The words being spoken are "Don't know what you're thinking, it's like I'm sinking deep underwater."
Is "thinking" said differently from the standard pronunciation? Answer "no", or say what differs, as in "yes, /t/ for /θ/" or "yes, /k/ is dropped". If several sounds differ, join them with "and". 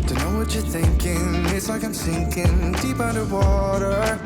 no